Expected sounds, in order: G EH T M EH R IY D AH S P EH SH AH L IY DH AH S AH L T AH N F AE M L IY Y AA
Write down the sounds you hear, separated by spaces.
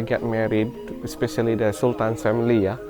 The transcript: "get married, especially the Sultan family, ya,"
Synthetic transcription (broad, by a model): G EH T M EH R IY D S P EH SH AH L IY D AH S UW L T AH N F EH M L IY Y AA